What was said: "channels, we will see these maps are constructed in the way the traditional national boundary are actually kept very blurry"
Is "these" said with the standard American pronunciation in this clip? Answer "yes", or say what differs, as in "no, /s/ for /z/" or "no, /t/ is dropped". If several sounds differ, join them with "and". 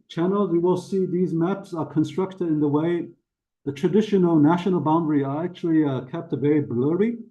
yes